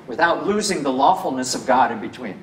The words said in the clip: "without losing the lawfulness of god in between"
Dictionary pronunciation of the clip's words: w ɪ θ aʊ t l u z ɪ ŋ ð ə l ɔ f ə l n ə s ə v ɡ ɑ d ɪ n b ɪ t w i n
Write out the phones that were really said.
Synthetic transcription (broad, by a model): w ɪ θ aʊ t l u z ɪ ŋ ð ə l ɔ f l n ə s ə v ɡ ɑ d ɪ n b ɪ t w i n